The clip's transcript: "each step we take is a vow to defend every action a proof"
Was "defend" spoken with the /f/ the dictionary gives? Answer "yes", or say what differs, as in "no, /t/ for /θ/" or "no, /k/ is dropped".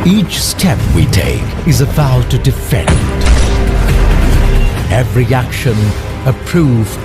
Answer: yes